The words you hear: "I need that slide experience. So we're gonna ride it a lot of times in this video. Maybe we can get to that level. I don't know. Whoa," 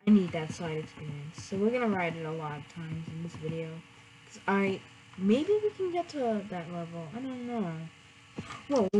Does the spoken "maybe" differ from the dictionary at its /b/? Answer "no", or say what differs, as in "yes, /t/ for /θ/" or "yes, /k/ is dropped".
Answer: no